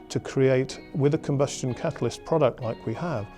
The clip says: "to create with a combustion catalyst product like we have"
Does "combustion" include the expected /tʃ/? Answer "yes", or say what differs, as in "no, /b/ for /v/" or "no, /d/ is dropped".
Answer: yes